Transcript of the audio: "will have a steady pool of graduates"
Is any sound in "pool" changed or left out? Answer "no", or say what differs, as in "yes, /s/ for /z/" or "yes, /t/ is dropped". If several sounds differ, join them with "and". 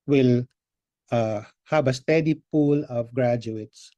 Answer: no